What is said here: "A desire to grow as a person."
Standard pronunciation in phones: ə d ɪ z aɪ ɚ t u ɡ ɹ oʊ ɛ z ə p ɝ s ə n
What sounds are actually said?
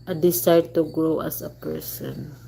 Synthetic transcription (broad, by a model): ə d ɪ s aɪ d t u ɡ ɹ oʊ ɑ s ə p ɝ s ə n